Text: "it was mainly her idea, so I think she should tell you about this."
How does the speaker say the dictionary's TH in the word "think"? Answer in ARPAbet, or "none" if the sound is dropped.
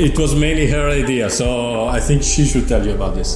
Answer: TH